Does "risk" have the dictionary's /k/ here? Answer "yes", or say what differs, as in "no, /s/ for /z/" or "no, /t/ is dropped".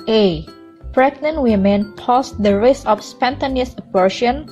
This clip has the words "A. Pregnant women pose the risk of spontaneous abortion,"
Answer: no, /k/ is dropped